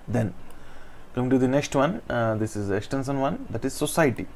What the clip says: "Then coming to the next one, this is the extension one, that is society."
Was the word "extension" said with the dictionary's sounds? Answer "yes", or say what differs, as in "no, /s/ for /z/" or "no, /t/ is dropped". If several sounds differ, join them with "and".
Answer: no, /s/ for /ʃ/